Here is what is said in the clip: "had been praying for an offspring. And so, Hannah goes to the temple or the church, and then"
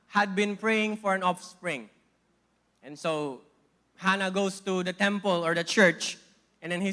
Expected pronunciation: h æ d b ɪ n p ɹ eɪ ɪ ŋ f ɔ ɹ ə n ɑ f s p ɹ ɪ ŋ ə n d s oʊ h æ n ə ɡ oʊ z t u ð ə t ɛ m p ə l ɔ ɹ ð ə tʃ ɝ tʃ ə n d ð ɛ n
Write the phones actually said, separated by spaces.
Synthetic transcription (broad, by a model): h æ d b ɪ n p ɹ eɪ ɪ ŋ f ɔ ɹ ə n ɑ f s p ɹ ɪ ŋ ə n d s oʊ h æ n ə ɡ oʊ s t u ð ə t ɛ m p ə l ɔ ɹ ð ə tʃ ɝ tʃ ə n d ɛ n